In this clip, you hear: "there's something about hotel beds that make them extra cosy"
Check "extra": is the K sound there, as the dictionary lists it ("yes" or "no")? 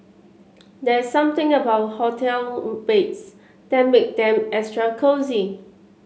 no